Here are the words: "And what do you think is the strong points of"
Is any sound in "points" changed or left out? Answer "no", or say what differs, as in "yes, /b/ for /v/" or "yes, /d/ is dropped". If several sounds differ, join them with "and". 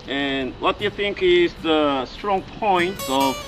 yes, /s/ is dropped